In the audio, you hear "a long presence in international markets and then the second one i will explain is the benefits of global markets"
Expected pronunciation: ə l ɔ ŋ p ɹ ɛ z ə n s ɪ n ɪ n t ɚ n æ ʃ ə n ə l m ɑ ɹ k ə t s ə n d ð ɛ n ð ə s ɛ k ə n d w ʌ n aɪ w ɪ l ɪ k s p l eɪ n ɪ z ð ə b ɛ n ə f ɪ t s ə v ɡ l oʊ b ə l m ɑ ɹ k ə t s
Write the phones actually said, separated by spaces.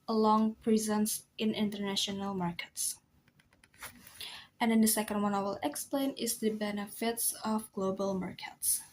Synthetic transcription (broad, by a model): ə l ɔ ŋ p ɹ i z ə n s ɪ n ɪ n t ɚ n æ ʃ ə n ə l m ɑ ɹ k ə t s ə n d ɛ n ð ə s ɛ k ə n d w ʌ n aɪ w ɪ l ɪ k s p l eɪ n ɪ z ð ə b ɛ n ə f ɪ t s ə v ɡ l oʊ b ə l m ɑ ɹ k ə t s